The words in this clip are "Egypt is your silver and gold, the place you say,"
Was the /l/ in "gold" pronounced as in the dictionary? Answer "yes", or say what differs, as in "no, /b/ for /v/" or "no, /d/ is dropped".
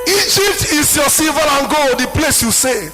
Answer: no, /l/ is dropped